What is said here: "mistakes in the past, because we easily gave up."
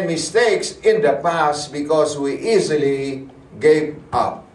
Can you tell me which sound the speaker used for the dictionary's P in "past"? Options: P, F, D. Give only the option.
P